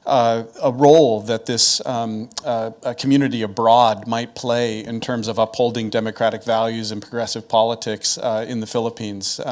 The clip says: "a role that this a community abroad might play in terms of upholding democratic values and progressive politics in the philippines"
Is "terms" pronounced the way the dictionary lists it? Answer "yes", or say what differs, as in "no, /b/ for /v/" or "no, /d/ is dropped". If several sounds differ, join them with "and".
yes